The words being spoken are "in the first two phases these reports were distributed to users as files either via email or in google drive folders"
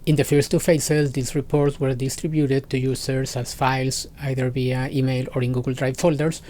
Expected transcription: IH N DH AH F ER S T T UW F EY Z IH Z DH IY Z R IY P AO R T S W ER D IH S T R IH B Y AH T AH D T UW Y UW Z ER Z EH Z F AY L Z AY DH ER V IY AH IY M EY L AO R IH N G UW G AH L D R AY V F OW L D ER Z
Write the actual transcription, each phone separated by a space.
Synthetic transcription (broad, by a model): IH N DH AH F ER S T T UW F EY S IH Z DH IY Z R IY P AO R T S W ER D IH S T R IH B Y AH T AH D T UW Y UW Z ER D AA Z F AY L S AY DH ER B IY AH IY M EY L AO R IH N G UW G AH L D R AY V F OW L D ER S